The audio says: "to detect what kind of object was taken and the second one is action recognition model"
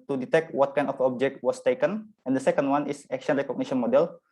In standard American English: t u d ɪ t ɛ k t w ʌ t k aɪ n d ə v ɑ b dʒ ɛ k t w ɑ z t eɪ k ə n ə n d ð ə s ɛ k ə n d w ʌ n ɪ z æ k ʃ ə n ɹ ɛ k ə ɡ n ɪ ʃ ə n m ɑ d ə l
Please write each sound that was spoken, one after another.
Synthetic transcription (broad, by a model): t u d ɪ t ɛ k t w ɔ t k aɪ n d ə f ɑ b dʒ ɛ k t w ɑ s t eɪ k ə n ə n d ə s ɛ k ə n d w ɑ n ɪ s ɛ k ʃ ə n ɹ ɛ k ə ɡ n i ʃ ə n m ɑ d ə l